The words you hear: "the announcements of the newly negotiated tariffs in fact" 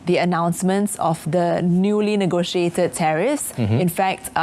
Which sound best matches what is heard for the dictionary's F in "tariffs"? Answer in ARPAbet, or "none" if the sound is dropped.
none